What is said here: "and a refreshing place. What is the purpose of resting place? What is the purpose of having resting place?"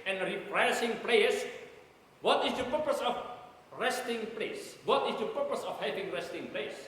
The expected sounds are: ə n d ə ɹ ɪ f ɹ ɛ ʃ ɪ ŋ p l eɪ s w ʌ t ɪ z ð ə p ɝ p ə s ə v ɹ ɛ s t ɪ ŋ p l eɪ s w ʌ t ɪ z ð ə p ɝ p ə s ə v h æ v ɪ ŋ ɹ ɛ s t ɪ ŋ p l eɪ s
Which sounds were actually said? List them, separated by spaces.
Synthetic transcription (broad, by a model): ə n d ɹ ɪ p ɹ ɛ s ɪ ŋ p l eɪ s w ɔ t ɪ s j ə p ɝ p ə s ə f ɹ ɛ s t ɪ ŋ p l eɪ s w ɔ t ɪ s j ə p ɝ p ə s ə f h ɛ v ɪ ŋ ɹ ɛ s t ɪ ŋ p l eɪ s